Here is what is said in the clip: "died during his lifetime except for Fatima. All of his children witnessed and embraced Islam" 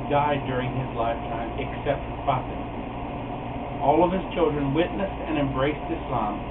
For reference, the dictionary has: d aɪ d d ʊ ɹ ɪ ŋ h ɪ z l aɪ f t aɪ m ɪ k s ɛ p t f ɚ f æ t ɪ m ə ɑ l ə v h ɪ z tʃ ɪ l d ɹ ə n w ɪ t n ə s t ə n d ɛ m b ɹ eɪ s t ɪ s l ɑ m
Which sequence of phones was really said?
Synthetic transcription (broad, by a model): d aɪ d d ʊ ɹ ɪ ŋ ɪ z l aɪ f t aɪ m ɪ k s ɛ p t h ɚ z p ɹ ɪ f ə ɑ l ə v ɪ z tʃ ɪ l d ɹ ə n w ɪ t n ə s t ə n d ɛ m b ɹ eɪ s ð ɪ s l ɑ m